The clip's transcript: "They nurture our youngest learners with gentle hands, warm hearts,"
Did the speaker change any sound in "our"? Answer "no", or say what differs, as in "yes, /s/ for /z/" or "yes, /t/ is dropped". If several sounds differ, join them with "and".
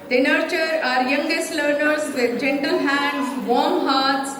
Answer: no